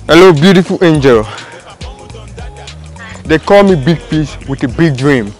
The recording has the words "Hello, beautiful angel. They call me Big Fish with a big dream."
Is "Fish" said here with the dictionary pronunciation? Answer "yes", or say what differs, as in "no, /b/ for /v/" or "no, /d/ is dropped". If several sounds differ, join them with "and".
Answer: no, /p/ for /f/ and /s/ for /ʃ/